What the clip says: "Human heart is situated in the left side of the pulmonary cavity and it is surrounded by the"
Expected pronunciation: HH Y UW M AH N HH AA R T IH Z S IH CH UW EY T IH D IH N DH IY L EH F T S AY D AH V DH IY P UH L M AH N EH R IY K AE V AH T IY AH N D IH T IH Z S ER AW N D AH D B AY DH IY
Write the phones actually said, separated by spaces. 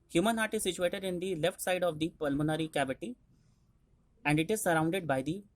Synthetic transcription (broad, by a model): HH Y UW M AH N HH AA R T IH S IH CH UW EY T IH D IH N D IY L EH F T S AY D AH V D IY P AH L M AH N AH R IY K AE B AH T IY AH N D IH T IH Z S ER AW N D AH D B AY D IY